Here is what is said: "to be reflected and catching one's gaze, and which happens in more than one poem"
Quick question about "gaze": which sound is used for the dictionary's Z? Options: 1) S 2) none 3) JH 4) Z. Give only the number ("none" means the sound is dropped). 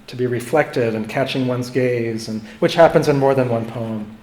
4